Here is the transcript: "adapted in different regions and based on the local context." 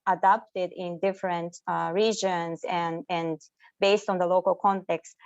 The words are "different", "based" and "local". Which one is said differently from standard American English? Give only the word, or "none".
none